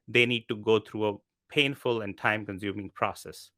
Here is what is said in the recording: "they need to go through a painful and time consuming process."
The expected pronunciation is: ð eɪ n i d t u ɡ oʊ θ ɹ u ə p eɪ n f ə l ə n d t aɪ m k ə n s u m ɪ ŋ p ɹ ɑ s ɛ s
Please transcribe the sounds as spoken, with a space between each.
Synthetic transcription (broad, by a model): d eɪ n i d t u ɡ oʊ t ɹ u ə p eɪ n f ə l ə n d t aɪ m k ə n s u m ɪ ŋ p ɹ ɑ s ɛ s